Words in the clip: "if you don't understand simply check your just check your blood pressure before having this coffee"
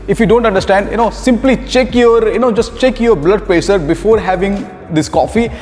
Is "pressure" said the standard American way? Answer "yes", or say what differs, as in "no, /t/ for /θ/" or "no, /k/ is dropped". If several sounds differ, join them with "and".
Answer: no, /ɹ/ is dropped